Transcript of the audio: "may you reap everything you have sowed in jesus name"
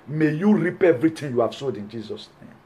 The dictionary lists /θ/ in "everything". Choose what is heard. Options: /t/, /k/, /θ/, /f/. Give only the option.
/t/